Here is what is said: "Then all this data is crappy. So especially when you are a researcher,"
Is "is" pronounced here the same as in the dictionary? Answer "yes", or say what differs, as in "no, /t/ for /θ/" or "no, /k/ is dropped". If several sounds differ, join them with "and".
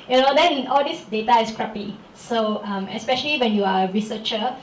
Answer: no, /s/ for /z/